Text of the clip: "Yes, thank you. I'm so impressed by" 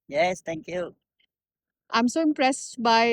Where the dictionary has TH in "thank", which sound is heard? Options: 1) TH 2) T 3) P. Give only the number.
2